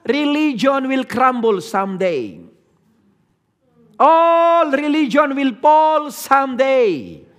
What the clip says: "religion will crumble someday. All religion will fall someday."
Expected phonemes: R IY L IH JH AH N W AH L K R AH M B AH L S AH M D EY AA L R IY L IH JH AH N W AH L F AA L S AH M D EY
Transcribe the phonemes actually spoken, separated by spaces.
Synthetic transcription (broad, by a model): R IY L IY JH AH N W AH L K R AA M B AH L S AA M D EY AA L R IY L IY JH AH N W AH L P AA L S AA M D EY